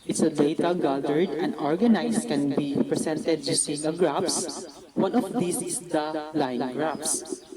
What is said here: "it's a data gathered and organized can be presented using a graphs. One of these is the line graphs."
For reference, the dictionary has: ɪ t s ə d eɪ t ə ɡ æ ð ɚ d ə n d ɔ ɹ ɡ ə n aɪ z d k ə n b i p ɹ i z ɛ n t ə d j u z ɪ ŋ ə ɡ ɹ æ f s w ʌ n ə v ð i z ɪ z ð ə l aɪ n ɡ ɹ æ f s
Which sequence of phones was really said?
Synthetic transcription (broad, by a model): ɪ t s ə d eɪ t ə ɡ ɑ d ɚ d ə n d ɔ ɹ ɡ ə n aɪ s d k ə n b i p ɹ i s ɛ n t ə d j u s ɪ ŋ ə ɡ ɹ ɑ p s w ʌ n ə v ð i s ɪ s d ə l aɪ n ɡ ɹ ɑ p s